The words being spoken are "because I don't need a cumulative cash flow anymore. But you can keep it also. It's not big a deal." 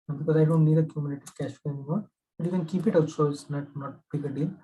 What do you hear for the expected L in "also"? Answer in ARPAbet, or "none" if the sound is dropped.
none